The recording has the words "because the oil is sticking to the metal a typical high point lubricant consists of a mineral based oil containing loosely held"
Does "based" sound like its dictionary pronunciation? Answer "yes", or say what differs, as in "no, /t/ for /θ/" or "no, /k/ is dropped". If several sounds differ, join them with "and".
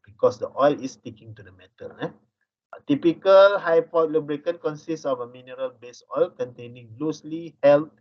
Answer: no, /t/ is dropped